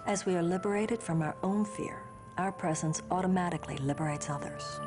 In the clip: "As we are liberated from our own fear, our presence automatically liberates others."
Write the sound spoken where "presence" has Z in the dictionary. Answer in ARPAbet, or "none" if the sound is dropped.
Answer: Z